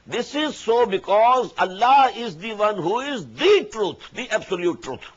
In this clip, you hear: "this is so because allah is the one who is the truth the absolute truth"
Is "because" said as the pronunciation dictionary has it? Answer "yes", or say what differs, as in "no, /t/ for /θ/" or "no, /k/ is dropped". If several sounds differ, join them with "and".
yes